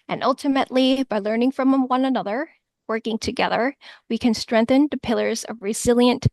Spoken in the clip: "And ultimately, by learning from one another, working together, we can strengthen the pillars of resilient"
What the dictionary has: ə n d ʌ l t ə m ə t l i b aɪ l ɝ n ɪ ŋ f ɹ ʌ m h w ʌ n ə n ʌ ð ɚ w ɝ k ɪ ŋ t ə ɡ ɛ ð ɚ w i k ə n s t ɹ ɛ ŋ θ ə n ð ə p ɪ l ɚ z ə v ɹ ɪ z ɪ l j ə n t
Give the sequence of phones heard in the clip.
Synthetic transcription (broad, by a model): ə n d ʌ l t ə m ə t l i b aɪ l ɝ n ɪ ŋ f ɹ ʌ m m w ʌ n ə n ʌ ð ɚ w ɝ k ɪ ŋ t ə ɡ ɛ ð ɚ w i k ə n s t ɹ ɛ ŋ θ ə n ð ə p ɪ l ɚ z ə v ɹ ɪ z ɪ l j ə n t